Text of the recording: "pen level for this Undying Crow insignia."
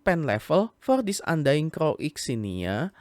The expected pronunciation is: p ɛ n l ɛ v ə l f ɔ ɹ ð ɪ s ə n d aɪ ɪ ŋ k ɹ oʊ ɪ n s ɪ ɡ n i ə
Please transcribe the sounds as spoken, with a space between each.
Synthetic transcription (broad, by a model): p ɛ n l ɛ f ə l f ɔ ɹ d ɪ s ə n d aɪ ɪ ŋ k ɹ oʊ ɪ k s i n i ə